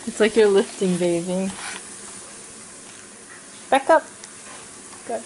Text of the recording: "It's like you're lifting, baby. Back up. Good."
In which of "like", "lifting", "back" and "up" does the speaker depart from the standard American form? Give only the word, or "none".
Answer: none